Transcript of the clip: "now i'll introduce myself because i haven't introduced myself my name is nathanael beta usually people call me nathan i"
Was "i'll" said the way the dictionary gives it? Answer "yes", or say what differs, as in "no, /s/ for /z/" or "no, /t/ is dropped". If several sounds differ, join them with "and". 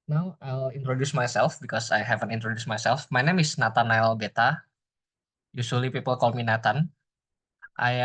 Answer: yes